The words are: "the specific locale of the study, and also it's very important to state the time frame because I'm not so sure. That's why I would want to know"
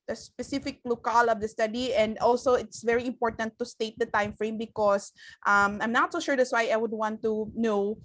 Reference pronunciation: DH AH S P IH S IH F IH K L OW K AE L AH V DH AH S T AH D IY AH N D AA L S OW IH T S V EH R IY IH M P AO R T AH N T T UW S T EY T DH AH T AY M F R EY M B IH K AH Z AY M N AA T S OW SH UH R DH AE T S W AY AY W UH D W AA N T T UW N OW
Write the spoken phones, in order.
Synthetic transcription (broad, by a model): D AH S P IH S IH F IH K L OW K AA L AH V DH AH S T AH D IY AH N D AA L S OW IH T S V EH R IY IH M P AO R T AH N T T UW S T EY T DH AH T AY M F R EY M B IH K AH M AY M N AA T S OW SH UH R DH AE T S W AY AY W UH D W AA N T T UW N OW